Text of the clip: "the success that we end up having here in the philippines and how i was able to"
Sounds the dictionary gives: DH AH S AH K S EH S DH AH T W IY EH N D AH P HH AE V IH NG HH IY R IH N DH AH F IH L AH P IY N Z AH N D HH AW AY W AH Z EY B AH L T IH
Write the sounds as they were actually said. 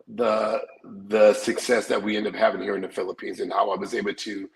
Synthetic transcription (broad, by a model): DH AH S AH K S EH S DH AH T W IY EH N D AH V HH AE V IH NG HH IY R IH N DH AH F IH L AH P IY N Z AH N HH AW AY W AH Z EY B L T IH